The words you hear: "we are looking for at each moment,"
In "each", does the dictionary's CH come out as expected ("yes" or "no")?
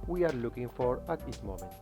no